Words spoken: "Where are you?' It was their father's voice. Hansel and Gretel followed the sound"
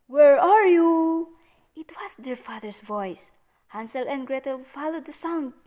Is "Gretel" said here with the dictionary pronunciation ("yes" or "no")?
yes